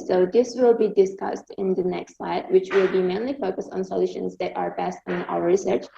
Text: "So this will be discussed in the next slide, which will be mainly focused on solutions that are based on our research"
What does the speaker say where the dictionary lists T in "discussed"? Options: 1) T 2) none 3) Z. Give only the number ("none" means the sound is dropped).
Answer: 1